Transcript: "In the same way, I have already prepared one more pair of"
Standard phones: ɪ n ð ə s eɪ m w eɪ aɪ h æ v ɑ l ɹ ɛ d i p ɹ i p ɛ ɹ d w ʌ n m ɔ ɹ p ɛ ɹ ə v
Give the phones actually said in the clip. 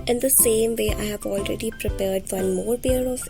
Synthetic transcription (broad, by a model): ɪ n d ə s eɪ m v eɪ aɪ h æ v ɑ l ɹ ɛ d i p ɹ i p ɛ ɹ d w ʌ n m ɔ ɹ b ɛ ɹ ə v